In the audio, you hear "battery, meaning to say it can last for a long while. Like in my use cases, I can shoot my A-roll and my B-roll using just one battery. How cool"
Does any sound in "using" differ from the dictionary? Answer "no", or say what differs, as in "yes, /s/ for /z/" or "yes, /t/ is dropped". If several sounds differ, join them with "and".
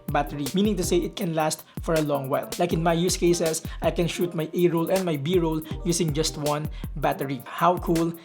yes, /s/ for /z/